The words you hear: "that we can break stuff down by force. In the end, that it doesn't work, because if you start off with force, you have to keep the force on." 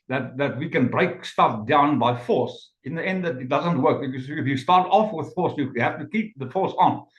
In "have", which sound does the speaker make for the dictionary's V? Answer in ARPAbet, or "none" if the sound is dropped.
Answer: F